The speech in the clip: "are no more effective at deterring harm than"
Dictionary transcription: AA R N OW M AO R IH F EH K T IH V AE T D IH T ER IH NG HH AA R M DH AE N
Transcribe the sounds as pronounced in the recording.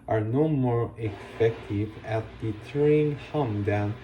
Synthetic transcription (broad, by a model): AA R N OW M AO R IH P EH K T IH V AE T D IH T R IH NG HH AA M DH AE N